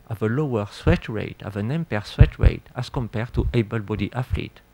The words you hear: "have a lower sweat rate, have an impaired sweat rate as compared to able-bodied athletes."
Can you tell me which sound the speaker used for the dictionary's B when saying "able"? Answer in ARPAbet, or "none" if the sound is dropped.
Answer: B